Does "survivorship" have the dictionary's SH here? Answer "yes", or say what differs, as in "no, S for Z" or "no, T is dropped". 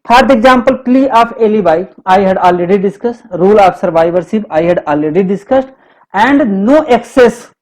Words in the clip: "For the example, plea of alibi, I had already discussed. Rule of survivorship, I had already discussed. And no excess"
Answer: no, S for SH